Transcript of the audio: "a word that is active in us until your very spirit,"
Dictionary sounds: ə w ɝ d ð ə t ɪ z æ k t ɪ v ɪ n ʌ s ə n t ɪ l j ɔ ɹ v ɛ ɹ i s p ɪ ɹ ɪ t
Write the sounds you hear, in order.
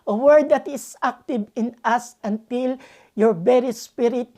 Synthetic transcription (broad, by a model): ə w ɝ d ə t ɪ s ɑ k t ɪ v ɪ n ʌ s ə n t ɪ l j ɔ ɹ b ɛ ɹ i s p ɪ ɹ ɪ t